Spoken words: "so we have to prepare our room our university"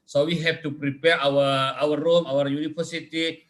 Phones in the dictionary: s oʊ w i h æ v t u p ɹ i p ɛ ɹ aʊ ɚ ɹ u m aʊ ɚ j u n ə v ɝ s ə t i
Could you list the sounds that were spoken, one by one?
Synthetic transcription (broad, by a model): s oʊ w i h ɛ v t u p ɹ i p ɛ ɹ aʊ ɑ w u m aʊ ɚ j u n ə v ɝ s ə t i